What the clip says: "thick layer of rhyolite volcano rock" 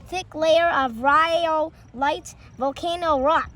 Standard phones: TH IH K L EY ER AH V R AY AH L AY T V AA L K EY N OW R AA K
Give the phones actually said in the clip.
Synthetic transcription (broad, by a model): TH IH K L EY ER AH V R AY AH L AY T V AA L K EY N OW R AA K